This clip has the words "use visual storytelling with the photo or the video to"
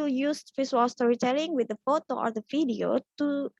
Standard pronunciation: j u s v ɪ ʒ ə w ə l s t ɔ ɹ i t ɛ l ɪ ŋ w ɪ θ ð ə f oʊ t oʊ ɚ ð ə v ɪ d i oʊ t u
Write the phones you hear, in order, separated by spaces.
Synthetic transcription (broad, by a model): j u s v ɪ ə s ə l s t ɔ ɹ i t ɛ l ɪ ŋ w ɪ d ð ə f oʊ t oʊ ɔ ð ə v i d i oʊ t u